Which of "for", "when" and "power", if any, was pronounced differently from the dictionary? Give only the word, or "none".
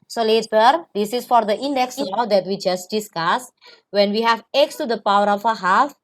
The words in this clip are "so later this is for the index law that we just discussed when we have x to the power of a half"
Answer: none